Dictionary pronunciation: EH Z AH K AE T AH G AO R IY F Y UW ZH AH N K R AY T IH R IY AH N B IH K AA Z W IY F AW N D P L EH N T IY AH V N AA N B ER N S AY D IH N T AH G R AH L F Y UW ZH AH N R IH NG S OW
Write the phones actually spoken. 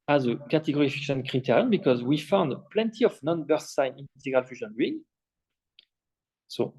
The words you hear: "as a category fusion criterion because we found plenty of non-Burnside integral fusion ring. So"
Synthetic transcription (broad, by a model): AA Z AH K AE T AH G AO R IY F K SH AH N K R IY T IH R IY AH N B IH K AA Z W IY F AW N D P L EH N T IY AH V N AA N B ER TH S AY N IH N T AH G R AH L F Y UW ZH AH N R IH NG S OW